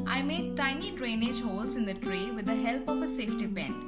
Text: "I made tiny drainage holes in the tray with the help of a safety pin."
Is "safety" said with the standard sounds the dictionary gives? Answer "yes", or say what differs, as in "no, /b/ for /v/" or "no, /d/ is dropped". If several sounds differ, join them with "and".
yes